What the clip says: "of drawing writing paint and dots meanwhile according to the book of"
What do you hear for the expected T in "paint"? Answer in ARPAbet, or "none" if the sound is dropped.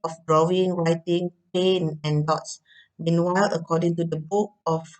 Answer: none